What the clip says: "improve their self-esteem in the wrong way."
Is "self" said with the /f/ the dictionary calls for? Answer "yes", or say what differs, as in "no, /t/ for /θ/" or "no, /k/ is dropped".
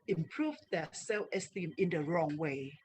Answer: no, /f/ is dropped